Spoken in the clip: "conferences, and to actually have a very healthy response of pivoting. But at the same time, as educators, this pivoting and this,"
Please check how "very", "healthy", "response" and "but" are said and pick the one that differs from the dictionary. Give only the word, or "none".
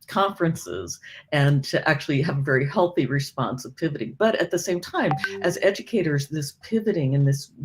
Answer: none